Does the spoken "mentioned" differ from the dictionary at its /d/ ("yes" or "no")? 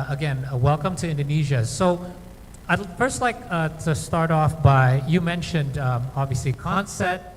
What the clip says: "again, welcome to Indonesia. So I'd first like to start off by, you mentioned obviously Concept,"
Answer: no